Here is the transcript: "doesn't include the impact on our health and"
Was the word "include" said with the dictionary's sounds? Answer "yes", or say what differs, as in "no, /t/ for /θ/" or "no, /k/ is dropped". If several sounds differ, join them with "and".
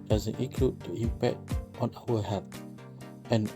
no, /n/ is dropped